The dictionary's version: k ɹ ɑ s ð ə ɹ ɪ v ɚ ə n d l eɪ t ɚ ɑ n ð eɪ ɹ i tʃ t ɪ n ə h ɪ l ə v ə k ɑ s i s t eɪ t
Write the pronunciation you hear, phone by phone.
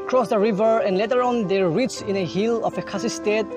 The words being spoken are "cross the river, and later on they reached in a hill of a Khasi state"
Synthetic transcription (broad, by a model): k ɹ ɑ s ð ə ɹ ɪ v ɚ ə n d l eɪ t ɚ ɑ n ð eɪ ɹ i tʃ ɪ n ə h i l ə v ə k ɑ s i s t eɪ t